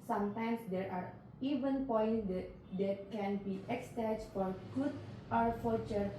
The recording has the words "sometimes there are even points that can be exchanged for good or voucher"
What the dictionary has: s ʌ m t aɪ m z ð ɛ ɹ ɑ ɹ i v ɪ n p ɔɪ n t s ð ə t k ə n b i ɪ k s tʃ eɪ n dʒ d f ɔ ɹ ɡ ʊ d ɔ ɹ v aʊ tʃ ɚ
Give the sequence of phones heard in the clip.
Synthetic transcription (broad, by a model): s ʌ m t aɪ m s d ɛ ɹ ɑ ɹ i v ɪ n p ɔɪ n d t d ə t k ə n b i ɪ k s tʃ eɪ dʒ f ɔ ɹ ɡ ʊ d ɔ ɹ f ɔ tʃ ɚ